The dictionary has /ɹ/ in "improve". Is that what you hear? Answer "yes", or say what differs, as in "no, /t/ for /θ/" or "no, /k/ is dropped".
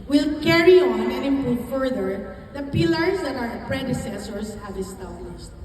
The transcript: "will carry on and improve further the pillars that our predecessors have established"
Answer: no, /ɹ/ is dropped